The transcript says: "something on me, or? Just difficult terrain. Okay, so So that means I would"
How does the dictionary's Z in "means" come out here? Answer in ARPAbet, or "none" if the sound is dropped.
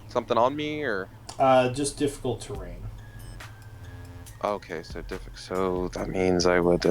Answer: Z